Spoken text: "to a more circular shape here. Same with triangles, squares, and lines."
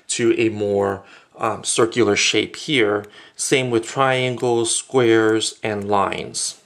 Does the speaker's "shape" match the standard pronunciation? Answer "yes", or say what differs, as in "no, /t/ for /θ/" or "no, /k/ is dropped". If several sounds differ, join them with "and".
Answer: yes